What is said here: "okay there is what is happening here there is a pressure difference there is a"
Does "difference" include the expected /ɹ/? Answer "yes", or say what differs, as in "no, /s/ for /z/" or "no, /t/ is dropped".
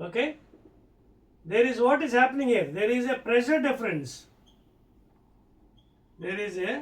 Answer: yes